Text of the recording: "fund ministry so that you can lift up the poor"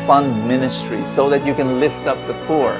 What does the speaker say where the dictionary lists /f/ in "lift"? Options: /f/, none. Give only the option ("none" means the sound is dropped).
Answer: /f/